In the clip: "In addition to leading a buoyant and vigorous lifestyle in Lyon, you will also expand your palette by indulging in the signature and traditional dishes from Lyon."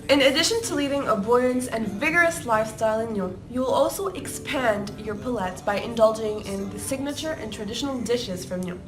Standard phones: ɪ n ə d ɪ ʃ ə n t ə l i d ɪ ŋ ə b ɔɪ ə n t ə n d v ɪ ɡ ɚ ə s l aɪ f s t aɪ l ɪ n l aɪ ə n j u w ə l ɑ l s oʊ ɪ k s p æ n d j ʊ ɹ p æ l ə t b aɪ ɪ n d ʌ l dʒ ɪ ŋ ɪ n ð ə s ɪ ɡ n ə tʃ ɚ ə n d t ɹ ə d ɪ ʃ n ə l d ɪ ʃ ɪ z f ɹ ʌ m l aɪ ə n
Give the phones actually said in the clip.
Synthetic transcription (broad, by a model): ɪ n ə d ɪ ʃ ə n t ə l i d ɪ ŋ ə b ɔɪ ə n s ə n v ɪ ɡ ɚ ə s l aɪ f s t aɪ l ɪ n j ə j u w ə l ɑ l s oʊ ɪ k s p æ n d j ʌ ɹ p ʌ l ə t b aɪ ɪ n d ʌ l dʒ ɪ ŋ ɪ n ð ə s ɪ ɡ n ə tʃ ɚ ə n t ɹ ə d ɪ ʃ n l d ɪ ʃ ɪ z f ɹ ʌ m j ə